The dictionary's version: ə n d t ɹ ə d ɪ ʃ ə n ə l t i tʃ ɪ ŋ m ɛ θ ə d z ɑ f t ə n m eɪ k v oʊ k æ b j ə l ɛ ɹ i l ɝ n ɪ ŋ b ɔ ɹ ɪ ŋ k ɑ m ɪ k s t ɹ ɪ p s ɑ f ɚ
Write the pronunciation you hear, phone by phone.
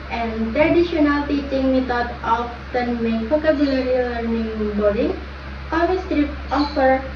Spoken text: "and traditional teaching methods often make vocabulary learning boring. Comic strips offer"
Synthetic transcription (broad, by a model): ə n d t ɹ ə d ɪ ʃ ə n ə l t i tʃ ɪ ŋ m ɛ t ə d ɑ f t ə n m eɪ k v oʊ k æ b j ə l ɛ ɹ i l ɝ n ɪ ŋ b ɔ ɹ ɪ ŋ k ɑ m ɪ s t ɹ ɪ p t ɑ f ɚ